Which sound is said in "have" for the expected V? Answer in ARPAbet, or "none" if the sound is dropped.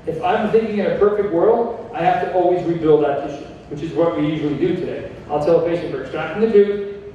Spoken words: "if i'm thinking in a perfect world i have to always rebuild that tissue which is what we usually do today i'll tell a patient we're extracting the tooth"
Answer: F